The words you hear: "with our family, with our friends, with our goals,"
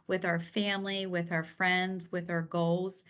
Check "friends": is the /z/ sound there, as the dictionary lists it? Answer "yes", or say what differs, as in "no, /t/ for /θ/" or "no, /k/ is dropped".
yes